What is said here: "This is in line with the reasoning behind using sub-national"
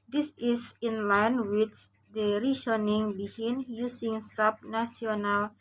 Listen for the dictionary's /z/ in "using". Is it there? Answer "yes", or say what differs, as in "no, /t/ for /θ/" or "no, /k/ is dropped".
no, /s/ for /z/